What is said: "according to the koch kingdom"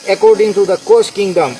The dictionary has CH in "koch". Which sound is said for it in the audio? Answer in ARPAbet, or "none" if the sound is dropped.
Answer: S